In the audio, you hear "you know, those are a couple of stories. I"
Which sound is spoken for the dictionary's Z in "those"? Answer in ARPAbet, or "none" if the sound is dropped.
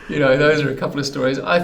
Z